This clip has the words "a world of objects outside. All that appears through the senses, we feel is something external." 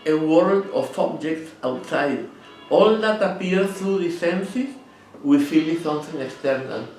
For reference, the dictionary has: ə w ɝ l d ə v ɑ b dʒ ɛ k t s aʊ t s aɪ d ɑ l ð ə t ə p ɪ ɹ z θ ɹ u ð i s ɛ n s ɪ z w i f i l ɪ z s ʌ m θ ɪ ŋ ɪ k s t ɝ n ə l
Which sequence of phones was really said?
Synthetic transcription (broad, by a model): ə w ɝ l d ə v ɑ b dʒ ɛ k t s aʊ t s aɪ d ɑ l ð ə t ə p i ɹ θ ɹ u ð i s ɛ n s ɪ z w i f i l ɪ s ʌ m θ ɪ ŋ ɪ k s t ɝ n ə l